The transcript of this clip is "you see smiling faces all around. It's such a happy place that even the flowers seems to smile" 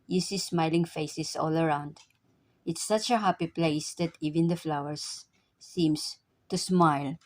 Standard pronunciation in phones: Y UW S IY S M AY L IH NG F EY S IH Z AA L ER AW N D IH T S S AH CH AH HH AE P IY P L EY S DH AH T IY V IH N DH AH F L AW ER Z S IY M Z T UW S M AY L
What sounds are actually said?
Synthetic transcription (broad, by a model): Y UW S IY S M AY L IH NG F EY S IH S AA L ER AW N D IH T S S AH CH AH HH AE P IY P L EY S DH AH T IY V IH N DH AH F L AW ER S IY M S T UW S M AY L